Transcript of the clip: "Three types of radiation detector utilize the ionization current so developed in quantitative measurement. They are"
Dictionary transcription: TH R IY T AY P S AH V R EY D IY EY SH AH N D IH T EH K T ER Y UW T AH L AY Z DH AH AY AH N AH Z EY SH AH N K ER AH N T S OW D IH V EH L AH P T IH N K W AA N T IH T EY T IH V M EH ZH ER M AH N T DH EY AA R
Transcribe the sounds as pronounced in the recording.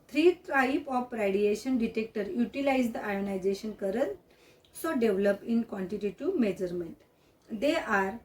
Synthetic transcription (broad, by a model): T R IY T AY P AH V R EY D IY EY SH AH N D IH T EH K T ER Y UW T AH L AY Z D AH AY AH N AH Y EY SH AH N K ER AH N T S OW D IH V L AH P IH N K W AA N T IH T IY T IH M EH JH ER M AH N T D EY AA R